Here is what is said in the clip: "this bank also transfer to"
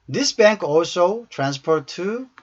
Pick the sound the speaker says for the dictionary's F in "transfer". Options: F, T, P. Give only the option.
P